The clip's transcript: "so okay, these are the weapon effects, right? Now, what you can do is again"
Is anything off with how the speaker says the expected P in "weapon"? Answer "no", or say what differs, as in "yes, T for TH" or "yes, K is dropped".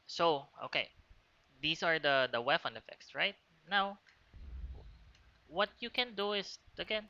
yes, F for P